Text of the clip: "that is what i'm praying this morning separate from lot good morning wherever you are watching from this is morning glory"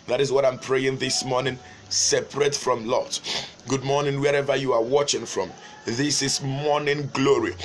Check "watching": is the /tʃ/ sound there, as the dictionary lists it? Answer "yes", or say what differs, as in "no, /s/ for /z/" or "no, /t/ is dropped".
yes